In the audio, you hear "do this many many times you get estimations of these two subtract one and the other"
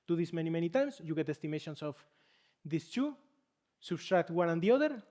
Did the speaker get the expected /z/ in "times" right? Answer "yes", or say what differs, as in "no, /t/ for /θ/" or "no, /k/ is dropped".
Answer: no, /s/ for /z/